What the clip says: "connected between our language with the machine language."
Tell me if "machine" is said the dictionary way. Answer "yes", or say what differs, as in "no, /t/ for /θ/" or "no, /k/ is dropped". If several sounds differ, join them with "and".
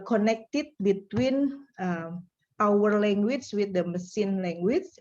no, /s/ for /ʃ/